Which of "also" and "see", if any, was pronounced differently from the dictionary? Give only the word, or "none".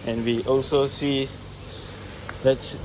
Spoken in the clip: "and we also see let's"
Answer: none